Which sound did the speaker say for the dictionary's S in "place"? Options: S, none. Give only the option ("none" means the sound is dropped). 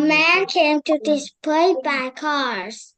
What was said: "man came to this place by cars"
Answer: none